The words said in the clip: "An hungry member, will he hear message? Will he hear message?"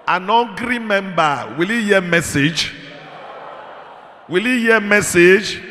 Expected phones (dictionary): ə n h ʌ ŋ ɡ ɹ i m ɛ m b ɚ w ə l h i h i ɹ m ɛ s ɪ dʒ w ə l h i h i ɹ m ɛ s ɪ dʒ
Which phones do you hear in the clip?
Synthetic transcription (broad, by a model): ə n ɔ ɡ ɹ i m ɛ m b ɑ w ə l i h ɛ m ɛ s ɪ dʒ w ə l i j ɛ m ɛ s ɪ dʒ